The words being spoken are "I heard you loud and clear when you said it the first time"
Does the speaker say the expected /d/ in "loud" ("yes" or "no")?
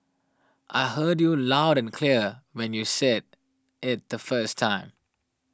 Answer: yes